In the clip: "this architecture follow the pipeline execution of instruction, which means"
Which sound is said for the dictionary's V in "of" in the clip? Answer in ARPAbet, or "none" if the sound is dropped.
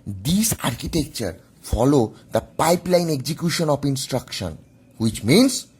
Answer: P